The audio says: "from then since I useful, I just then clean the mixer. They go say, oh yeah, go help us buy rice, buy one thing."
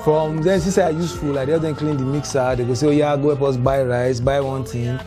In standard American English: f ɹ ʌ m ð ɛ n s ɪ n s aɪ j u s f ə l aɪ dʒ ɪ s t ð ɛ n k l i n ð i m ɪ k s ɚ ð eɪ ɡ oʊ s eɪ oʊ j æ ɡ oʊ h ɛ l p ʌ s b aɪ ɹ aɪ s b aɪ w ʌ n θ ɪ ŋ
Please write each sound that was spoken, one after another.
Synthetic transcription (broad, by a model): f ɹ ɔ m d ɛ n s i s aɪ j u s f ə l aɪ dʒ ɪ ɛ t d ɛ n k l i n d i m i k s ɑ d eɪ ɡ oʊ s eɪ oʊ j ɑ ɡ oʊ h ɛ p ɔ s b aɪ ɹ aɪ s b aɪ w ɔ n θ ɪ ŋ